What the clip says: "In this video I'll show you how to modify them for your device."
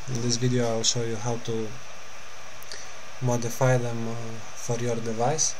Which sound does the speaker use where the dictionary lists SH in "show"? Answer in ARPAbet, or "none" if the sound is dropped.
S